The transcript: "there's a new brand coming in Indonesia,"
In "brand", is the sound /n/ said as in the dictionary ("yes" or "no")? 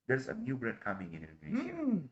no